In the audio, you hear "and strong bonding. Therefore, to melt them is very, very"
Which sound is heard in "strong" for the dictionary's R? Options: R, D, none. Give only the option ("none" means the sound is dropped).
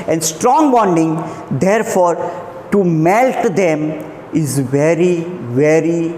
R